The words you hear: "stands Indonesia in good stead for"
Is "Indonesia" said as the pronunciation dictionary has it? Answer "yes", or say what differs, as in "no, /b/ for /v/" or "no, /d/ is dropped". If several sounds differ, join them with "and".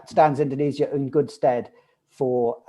no, /z/ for /ʒ/